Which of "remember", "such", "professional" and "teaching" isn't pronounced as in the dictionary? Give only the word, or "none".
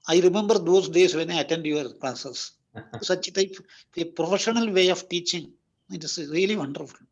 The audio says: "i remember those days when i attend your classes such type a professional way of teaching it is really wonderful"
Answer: none